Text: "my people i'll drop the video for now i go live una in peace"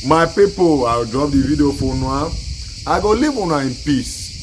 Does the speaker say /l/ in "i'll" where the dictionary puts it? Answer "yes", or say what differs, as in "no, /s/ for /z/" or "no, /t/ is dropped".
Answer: no, /w/ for /l/